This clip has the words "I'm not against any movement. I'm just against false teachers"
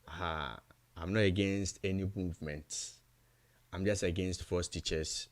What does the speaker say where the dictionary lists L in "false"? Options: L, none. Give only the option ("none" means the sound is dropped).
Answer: none